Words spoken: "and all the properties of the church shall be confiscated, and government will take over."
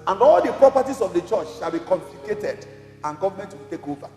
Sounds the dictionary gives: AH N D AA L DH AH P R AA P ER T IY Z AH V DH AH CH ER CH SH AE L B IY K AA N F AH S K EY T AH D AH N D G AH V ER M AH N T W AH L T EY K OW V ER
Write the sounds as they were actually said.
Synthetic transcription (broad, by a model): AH N D AA L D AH P R AA P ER T IY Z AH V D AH CH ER CH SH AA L B IY K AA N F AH K EY T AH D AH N G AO V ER M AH N T W AH L T EY K OW V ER